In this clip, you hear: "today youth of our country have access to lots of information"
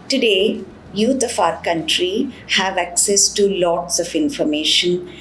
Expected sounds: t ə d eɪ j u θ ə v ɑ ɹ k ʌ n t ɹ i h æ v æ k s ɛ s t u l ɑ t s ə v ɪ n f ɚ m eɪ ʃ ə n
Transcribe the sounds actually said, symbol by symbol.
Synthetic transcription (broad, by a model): t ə d eɪ j u t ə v ɑ ɹ k ʌ n t ɹ i h æ v æ k s ɛ s t u l ɑ t s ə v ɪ n f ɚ m eɪ ʃ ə n